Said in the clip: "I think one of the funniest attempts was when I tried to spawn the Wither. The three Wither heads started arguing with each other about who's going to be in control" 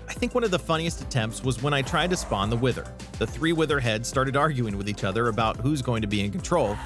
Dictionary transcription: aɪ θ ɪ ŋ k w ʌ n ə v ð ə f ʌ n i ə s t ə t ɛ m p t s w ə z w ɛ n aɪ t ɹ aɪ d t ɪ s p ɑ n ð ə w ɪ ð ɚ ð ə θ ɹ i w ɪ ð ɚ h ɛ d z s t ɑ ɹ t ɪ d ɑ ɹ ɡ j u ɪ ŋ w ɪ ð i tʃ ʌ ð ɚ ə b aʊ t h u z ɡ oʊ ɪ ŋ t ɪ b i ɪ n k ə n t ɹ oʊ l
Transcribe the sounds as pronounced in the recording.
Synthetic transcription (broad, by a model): aɪ θ ɪ ŋ k w ʌ n ə v ð ə f ʌ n i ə s t ə t ɛ m p t s w ə z w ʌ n aɪ t ɹ aɪ d t ɪ s p ɑ n ð ə w ɪ ð ɚ ð ə θ ɹ i w ɪ ð ɚ h ɛ d z s t ɑ ɹ t ɪ d ɑ ɹ ɡ j u ɪ ŋ w ɪ ð i tʃ ʌ ð ɚ ə b aʊ t h u z ɡ oʊ ɪ ŋ t ɪ b i ɪ n k n t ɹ oʊ l